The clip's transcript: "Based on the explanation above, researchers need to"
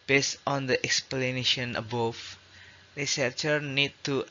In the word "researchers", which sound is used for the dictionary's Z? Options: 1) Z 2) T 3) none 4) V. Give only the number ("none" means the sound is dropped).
3